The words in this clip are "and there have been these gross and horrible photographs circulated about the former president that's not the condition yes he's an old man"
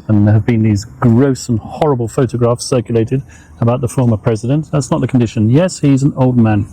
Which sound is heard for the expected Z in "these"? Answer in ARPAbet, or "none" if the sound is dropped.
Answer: Z